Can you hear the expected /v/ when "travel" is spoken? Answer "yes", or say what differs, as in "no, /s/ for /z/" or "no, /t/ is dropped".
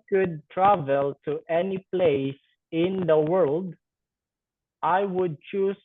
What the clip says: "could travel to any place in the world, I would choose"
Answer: yes